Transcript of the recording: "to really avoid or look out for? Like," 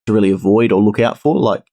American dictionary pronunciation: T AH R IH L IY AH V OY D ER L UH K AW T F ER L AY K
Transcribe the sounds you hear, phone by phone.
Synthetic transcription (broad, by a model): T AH R IH L IY AH V OY D ER L UH K AW T F ER L AY K